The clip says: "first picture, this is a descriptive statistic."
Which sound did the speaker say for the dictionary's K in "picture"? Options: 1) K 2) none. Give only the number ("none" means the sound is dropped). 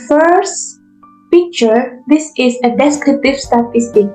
1